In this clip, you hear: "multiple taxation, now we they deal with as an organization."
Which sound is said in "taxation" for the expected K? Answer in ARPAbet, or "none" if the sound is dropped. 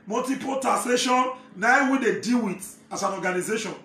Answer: none